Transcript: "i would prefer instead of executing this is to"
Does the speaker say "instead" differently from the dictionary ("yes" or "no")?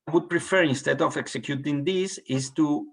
no